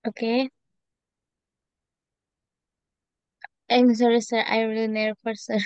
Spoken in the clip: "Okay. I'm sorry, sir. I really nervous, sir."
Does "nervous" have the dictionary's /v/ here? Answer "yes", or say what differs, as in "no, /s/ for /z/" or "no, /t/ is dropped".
no, /p/ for /v/